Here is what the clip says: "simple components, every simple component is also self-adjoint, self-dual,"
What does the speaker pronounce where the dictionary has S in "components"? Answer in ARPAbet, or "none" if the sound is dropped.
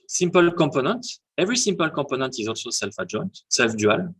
none